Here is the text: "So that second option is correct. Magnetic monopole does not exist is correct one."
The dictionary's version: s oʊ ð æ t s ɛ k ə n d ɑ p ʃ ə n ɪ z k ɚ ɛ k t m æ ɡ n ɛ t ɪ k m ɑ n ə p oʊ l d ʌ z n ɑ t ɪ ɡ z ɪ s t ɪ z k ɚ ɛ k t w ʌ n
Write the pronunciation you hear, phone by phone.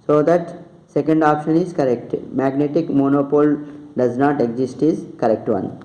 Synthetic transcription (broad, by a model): s oʊ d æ t s ɛ k ə n d ɑ p ʃ ə n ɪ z k ɚ ɛ k t m æ ɡ n ɛ t ɪ k m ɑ n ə p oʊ l d ʌ z n ɑ t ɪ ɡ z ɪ s t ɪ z k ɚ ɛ k t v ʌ n